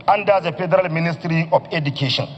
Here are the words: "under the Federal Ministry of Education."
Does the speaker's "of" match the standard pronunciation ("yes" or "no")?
no